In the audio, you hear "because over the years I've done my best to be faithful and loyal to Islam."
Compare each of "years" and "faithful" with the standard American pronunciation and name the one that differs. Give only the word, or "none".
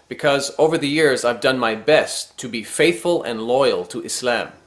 none